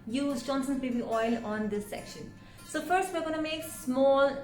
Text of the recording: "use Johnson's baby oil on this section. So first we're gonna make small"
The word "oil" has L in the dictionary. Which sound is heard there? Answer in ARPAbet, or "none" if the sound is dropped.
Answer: L